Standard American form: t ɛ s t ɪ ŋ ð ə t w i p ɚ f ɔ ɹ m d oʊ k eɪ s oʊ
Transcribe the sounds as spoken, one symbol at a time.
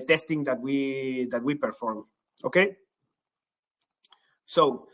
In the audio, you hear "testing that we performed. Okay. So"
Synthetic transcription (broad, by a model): t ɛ s t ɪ ŋ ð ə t w i p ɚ f ɔ ɹ m oʊ k eɪ s oʊ